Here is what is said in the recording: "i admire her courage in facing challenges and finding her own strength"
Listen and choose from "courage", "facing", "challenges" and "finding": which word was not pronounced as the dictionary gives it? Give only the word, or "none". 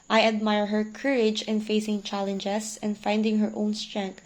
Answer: challenges